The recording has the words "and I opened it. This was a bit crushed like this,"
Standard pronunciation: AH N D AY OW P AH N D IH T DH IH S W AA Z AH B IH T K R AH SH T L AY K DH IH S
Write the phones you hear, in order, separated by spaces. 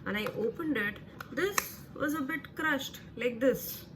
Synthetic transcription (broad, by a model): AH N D AY OW P AH N D IH T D IH S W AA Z AH B IH T K R AH SH T L AY K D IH S